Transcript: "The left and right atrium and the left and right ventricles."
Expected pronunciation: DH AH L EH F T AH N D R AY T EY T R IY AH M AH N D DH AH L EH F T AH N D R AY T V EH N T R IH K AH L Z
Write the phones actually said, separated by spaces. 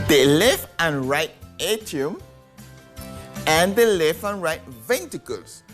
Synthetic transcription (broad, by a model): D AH L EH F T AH N R AY T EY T IY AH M AH N D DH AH L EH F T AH N R AY T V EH N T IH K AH L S